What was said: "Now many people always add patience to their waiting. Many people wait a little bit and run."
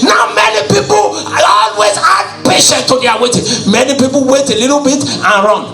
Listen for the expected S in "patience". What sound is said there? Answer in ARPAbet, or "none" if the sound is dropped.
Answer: none